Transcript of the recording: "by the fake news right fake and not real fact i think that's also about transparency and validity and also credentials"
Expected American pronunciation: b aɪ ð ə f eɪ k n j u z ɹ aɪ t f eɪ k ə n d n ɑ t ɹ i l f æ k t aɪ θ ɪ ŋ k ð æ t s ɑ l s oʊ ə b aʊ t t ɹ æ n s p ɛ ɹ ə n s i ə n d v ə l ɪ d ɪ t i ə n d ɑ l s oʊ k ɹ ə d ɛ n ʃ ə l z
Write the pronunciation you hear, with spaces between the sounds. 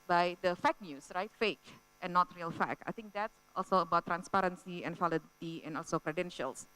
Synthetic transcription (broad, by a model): b aɪ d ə f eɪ k n j u s ɹ aɪ t f eɪ k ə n n ɑ t ɹ i l f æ k aɪ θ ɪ ŋ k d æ t s ɑ l s oʊ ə b aʊ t t ɹ æ n s p ɛ ɹ ə n s i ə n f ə l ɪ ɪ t i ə n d ɑ l s oʊ k ɹ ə d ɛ n ʃ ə l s